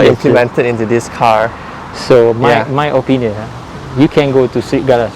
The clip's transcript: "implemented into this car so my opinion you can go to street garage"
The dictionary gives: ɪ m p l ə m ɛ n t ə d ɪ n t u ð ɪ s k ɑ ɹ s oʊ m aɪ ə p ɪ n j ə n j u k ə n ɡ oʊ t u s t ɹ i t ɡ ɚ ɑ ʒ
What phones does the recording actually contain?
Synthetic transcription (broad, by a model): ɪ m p l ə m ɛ n t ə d ɪ n t u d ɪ s k ɑ ɹ s oʊ m aɪ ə p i n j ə n j u k ə n ɡ oʊ t u s t ɹ i t ɡ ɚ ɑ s